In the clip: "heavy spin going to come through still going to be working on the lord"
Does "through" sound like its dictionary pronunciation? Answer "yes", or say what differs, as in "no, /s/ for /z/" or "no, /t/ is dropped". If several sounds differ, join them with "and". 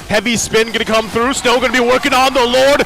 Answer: yes